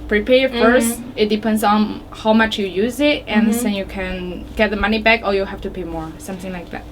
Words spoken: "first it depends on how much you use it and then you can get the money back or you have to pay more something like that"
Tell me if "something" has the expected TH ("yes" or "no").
yes